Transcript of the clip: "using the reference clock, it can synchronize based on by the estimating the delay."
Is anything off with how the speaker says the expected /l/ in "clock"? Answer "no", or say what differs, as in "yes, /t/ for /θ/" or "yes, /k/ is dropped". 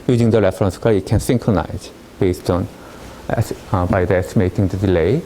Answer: yes, /l/ is dropped